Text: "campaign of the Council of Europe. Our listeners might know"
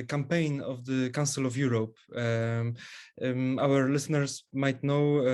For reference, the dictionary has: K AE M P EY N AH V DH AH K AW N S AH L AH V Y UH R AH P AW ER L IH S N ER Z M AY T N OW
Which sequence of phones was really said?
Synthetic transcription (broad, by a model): K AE M P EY N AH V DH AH K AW S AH L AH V Y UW R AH P AW ER L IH S N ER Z M AY T N OW